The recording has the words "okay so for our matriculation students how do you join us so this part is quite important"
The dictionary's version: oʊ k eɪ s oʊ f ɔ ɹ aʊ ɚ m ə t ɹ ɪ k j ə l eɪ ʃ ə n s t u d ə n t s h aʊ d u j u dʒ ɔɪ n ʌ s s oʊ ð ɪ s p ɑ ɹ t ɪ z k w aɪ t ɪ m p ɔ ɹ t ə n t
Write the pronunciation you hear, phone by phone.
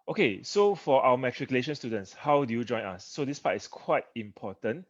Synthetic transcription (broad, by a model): oʊ k eɪ s oʊ f ɔ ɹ aʊ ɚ m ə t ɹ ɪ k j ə l eɪ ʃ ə n s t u d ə n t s h aʊ d u j u dʒ ɔɪ n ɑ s s oʊ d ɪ s p ɑ t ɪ s k w aɪ t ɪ m p ɔ t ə n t